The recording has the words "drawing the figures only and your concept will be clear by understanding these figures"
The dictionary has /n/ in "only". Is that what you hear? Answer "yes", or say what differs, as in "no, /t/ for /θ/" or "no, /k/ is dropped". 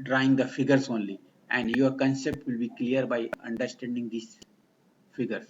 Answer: yes